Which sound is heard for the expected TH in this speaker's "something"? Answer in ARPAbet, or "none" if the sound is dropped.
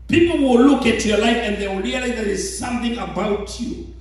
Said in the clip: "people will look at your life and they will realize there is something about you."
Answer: TH